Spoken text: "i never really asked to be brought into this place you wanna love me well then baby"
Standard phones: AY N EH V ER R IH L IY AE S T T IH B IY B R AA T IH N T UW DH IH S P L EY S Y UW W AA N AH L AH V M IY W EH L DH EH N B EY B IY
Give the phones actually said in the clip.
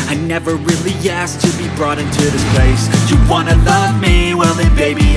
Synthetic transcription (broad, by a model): AY N EH V ER R IH L IY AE S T T IH B IY B R AA T IH N T UW DH IH S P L EY S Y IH W AA N AH L AH V M IY W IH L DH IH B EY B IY